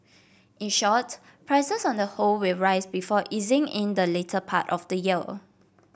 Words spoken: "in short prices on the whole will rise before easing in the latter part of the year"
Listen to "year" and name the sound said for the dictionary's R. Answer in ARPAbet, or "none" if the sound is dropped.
L